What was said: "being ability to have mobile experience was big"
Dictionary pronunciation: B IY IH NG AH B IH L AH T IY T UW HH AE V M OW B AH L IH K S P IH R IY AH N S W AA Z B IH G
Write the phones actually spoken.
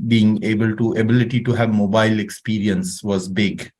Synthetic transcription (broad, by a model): B IY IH NG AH B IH L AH T IY T UW HH AE V M OW B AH L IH K S P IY R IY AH N S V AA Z B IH G